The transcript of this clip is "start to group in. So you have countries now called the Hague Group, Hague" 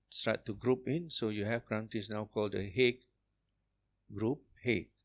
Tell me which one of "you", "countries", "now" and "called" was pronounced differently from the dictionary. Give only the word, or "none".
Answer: countries